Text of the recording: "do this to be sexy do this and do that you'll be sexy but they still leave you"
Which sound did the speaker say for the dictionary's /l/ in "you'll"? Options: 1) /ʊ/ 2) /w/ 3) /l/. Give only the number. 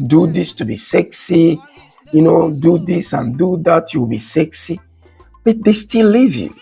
2